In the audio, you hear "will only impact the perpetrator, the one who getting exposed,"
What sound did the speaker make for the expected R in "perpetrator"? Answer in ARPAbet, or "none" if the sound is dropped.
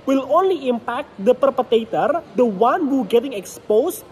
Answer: none